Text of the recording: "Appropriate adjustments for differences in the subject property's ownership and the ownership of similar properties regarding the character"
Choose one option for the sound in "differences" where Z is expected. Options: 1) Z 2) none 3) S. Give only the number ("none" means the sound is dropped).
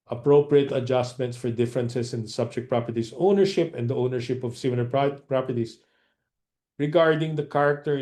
3